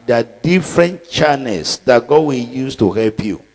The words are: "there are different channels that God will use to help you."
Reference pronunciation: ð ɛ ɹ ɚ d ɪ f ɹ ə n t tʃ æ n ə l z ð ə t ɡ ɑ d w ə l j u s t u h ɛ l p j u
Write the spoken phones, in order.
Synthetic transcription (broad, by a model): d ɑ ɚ d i f ɹ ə n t tʃ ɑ n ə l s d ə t ɡ ɑ d w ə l j u s t u h ɛ l p j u